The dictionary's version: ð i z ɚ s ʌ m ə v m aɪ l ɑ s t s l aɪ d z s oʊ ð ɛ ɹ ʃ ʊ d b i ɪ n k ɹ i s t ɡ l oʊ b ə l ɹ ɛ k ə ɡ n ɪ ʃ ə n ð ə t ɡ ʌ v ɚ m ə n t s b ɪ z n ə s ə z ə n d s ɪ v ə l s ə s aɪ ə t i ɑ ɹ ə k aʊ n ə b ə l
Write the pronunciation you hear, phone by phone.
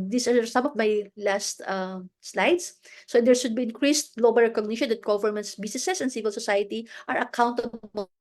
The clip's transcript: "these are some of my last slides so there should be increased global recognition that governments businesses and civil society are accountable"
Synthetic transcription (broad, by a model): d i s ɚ s ʌ m ə v m aɪ l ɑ s t s l aɪ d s s oʊ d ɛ ɹ ʃ ʊ d b i ɪ n k ɹ i s t ɡ l oʊ b ə l ɹ ɛ k ə ɡ n ɪ ʃ ə n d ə t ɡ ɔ v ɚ m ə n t s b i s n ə s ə s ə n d s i v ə l s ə s aɪ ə t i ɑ ɹ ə k aʊ n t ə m